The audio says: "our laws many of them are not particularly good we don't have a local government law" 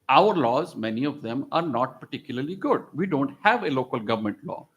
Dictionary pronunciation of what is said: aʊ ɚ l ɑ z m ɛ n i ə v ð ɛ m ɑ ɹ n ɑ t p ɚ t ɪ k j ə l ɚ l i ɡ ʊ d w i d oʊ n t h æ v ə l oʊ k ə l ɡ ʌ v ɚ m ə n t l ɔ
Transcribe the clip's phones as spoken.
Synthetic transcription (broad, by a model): aʊ ɚ l ɑ z m ɛ n i ə v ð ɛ m ɑ ɹ n ɑ t p ɚ t ɪ k j ə l ɚ l i ɡ ʊ d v i d oʊ n t h æ v ə l oʊ k ə l ɡ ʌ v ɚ m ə n t l ɔ